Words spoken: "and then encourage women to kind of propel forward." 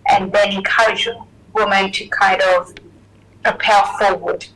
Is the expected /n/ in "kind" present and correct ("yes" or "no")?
no